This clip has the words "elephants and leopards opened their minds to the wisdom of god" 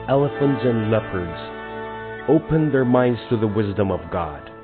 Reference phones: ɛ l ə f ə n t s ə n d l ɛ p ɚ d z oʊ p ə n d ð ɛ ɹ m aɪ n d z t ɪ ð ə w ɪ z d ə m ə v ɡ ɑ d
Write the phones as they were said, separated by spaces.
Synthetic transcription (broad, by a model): ɛ l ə f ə n t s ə n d l ɛ p ɚ d z oʊ p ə n ð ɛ ɹ m aɪ n d z t ɪ ð ə w ɪ z d ə m ə v ɡ ɑ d